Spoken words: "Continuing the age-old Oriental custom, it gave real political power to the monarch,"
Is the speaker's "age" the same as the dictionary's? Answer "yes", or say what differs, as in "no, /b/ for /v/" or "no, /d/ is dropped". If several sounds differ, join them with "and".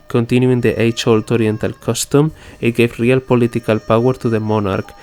no, /tʃ/ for /dʒ/